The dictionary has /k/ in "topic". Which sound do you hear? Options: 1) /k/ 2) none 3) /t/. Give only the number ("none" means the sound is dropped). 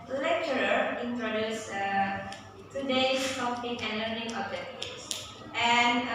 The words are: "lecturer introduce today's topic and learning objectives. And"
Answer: 2